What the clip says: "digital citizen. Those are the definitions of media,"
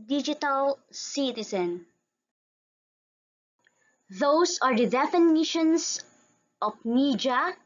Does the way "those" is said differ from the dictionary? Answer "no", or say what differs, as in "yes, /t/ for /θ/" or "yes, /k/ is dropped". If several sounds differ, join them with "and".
yes, /s/ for /z/